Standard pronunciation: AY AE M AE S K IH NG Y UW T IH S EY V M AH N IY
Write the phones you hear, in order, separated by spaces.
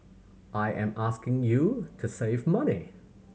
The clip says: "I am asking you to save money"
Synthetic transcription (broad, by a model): AY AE M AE S K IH NG Y UW T IH S EY V M AH N IY